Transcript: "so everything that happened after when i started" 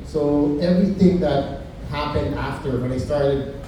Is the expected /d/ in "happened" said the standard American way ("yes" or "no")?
yes